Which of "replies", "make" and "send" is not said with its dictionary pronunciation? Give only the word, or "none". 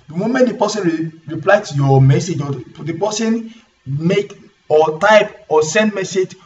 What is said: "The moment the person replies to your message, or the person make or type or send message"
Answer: replies